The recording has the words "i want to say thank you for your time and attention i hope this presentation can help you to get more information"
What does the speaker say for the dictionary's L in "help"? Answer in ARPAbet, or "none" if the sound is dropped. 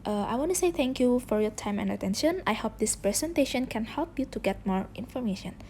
L